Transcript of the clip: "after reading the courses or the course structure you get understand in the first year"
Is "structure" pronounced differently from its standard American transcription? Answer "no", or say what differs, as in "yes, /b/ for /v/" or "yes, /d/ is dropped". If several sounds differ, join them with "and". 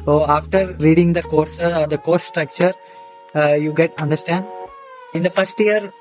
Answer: no